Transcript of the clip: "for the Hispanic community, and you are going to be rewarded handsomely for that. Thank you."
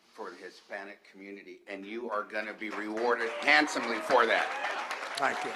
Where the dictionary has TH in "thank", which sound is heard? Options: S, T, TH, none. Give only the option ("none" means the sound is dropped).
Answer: T